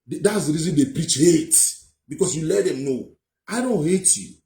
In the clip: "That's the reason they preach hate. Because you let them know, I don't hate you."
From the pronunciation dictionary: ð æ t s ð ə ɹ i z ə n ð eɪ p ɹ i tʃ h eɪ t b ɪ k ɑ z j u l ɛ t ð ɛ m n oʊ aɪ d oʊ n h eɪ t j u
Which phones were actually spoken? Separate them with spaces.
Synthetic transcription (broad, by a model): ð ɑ t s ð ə ɹ i z ə n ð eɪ p ɹ i tʃ h eɪ t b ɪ k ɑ s j u l ɛ t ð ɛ m n oʊ aɪ d oʊ n h eɪ t j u